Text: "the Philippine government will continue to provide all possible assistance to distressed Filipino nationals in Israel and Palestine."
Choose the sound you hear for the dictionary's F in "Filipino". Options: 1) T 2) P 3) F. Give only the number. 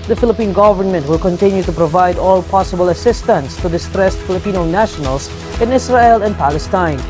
3